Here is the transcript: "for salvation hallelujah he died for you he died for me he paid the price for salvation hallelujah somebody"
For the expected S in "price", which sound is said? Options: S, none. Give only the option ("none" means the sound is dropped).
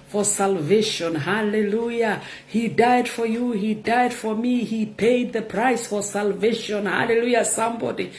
S